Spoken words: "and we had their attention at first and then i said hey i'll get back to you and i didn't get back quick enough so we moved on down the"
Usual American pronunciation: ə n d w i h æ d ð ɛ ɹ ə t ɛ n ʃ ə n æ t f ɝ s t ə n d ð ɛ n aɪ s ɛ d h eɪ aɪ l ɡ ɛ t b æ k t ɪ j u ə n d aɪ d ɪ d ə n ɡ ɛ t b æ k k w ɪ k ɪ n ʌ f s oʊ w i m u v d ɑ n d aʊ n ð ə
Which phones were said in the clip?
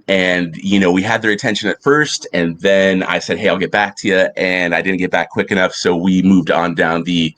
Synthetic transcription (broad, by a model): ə n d w i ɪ d ð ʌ ɹ ə t ɛ n ʃ ə n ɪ t f ɝ s t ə n ð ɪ n aɪ s ɛ d h eɪ aɪ l ɡ ɛ t b æ k t ɪ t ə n aɪ d ɪ d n ɡ ɛ t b æ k k w ɪ k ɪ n ʌ f s oʊ w i m u v d n d aʊ n ð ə